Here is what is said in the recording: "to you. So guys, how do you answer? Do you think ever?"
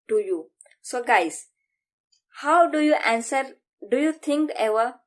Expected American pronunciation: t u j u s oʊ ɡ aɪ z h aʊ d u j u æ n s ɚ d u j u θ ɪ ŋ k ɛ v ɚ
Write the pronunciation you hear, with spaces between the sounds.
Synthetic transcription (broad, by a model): t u j u s oʊ ɡ aɪ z h aʊ d u j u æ n s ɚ d u j u t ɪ ŋ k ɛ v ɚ